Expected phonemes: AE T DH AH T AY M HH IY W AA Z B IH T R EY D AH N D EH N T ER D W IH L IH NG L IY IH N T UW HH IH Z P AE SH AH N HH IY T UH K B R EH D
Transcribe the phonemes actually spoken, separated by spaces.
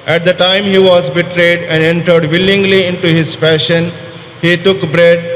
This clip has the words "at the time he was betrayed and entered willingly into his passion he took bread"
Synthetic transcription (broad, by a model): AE T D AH T AY M HH IY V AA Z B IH T R EY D AH N D EH N T ER D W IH L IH NG L IY IH N T UW HH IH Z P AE SH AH N HH IY T UH K B R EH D